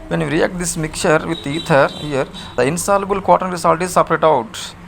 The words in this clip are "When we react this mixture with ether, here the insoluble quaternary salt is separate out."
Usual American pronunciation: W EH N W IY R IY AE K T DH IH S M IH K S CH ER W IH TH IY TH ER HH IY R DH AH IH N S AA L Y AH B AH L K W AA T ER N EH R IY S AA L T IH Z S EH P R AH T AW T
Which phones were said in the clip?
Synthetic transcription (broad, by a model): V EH N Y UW R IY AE K T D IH S M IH K CH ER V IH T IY T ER HH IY R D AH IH N S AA L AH B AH L K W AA T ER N R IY S AA L T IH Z S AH P R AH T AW T